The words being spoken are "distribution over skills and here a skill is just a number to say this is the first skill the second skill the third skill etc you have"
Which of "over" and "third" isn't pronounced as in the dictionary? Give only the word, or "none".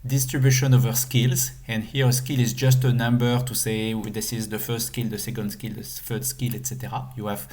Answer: third